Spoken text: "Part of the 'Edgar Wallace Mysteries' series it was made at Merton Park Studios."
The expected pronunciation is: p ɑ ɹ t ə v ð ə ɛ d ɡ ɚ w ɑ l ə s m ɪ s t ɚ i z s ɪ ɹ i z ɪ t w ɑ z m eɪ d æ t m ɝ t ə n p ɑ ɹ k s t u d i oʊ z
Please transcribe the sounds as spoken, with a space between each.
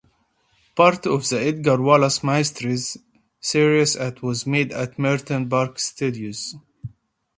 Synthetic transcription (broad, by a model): p ɑ ɹ t ə v ð ə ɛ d ɡ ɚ w ɑ l ə s m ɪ s t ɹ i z s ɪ ɹ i s ɪ t w ɑ z m eɪ d æ t m ɝ t ə n b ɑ ɹ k s t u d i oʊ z